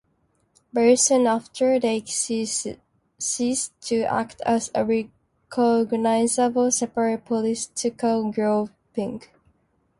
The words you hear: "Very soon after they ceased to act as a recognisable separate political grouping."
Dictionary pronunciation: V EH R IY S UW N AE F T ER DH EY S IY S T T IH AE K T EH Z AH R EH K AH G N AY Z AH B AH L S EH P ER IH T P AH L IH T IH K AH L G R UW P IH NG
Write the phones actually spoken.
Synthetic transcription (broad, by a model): B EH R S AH N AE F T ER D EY S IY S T T IH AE K T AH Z AH R EH K AH G N AY Z AH B AH L S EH P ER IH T P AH L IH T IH K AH L G R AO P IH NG